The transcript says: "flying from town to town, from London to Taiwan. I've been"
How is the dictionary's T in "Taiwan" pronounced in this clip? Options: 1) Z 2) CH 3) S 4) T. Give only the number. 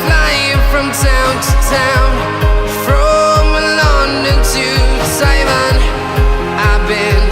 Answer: 3